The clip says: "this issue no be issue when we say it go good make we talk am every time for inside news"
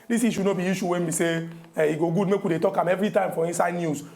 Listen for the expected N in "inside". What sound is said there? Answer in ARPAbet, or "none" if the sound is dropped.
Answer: none